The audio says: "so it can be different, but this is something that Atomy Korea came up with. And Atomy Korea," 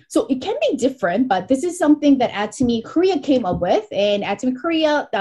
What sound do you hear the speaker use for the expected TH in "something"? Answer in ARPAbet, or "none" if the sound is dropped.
TH